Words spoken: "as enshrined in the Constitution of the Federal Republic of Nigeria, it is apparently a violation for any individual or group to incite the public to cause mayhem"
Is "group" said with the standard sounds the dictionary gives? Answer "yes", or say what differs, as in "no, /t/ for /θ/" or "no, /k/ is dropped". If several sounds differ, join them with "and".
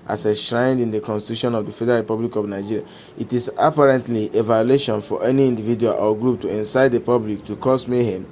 yes